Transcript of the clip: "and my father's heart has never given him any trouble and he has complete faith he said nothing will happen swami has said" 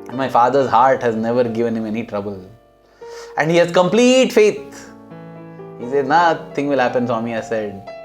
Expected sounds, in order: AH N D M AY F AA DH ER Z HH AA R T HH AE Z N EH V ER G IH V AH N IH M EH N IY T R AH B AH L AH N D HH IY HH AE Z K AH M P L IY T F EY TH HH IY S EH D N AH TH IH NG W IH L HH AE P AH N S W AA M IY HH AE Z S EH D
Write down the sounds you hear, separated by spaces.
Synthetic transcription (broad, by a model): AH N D M AY F AA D ER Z HH AA R T HH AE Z N EH V ER G IH V AH N IH M EH N IY T R AH B AH L AH N D HH IY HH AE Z K AH M P L IY T F EY T HH IY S EH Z N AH T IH NG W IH L HH AE P AH N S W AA M IY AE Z S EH D